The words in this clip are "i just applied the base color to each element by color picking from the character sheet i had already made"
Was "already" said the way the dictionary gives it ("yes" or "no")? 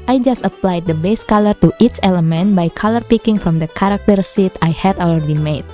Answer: no